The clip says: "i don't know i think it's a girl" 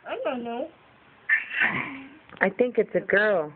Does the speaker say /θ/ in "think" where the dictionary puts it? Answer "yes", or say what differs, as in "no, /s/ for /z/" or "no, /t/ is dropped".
yes